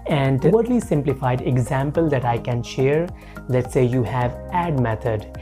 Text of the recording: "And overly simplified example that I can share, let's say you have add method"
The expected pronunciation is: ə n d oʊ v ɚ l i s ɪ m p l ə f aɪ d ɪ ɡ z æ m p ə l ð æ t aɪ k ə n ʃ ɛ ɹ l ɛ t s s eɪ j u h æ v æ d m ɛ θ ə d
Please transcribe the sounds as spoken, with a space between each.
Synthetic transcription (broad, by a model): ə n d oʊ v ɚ l i s ɪ m p l ə f aɪ d ɪ ɡ z æ m p ə l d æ t aɪ k ə n ʃ ɛ ɹ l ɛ t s s eɪ j u h æ v æ d m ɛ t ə d